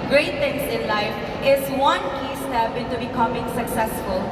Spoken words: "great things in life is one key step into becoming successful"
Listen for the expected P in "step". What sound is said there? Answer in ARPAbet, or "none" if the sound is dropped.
B